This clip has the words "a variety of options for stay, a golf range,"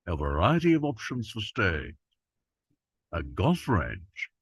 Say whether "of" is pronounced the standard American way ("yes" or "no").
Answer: yes